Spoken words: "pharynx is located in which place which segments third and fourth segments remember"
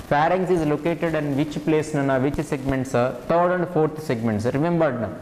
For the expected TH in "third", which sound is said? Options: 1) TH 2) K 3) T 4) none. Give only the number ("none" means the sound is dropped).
3